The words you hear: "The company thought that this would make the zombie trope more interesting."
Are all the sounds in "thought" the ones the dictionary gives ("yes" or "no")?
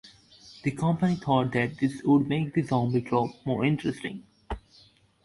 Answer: no